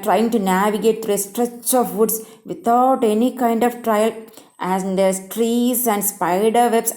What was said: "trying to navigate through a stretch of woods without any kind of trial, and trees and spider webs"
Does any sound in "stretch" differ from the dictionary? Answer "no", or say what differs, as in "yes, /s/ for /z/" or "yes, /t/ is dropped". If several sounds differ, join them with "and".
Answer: no